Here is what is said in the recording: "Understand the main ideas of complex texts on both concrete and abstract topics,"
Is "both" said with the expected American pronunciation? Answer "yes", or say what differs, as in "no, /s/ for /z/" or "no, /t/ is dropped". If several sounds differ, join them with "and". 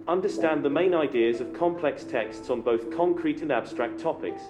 yes